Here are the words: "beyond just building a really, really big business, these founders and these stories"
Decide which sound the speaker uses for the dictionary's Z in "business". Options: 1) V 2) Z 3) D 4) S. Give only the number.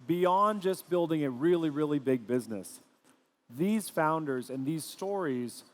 2